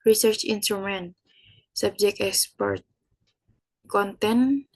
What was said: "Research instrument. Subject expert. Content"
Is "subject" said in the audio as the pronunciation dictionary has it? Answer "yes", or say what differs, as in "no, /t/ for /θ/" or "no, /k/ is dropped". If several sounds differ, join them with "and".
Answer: no, /t/ is dropped